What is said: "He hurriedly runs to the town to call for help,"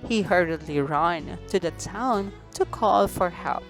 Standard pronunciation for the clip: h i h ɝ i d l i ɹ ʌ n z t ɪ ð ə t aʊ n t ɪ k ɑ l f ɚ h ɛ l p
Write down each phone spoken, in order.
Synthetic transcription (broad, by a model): h i h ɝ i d l i ɹ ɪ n t ɪ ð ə t aʊ n t ɪ k ɑ l f ɚ h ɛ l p